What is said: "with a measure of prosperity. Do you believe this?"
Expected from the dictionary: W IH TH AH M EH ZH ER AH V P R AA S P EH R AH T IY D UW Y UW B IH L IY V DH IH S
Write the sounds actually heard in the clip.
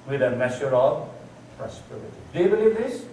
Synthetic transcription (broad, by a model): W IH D AH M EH SH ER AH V P R AA S P EH R AH T IY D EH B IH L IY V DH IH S